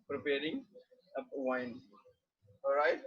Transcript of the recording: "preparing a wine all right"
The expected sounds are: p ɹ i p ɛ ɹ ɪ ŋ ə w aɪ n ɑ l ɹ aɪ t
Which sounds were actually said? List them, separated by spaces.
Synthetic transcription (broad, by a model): p ɹ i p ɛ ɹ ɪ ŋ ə w aɪ n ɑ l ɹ aɪ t